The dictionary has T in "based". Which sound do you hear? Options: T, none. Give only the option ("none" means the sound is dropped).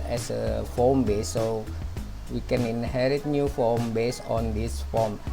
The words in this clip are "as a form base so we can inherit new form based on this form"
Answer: none